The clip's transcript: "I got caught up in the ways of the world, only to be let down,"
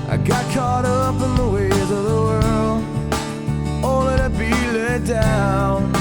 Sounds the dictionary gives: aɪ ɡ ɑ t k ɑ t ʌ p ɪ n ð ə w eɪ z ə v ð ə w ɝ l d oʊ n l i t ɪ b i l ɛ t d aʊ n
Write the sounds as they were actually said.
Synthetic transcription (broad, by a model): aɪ ɡ ɑ t k ɑ t ʌ p ɪ n ð ə w eɪ z ə v ð ə w ɝ l d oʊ l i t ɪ b i l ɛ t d aʊ n